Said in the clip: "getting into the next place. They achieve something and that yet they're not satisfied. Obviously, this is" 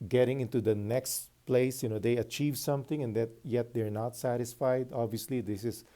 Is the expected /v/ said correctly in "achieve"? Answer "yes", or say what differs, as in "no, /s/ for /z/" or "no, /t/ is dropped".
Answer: yes